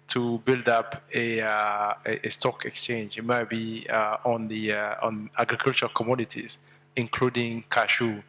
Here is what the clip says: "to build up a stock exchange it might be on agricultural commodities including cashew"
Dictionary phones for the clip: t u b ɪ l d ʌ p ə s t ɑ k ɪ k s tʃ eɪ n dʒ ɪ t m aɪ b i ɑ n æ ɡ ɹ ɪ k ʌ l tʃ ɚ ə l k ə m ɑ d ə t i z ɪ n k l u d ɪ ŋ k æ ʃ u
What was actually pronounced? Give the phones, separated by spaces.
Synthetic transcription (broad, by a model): t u b ɪ l d ʌ p ə s t ɑ k ɪ k s tʃ eɪ n dʒ ɪ t m aɪ b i ɑ n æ ɡ ɹ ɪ k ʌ l tʃ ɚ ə k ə m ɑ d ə t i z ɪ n k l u d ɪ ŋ k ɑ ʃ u